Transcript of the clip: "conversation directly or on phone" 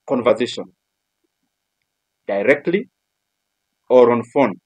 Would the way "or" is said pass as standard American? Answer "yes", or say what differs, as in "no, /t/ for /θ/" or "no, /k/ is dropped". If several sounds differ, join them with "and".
yes